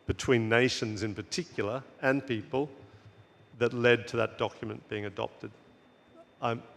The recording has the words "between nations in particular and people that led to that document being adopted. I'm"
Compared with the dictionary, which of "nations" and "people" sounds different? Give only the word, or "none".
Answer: none